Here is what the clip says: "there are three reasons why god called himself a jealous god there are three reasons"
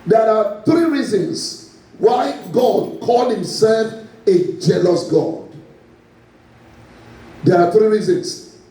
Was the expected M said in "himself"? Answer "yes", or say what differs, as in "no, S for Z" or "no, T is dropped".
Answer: yes